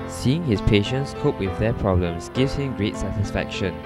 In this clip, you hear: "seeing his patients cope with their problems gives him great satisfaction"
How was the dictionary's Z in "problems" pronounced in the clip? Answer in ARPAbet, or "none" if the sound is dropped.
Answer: S